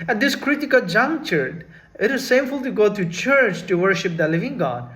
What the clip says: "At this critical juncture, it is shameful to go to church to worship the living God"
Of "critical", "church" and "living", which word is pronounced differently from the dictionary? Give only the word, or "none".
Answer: none